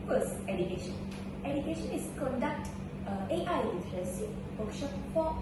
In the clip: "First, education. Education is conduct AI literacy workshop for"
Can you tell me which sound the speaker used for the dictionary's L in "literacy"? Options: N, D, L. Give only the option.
N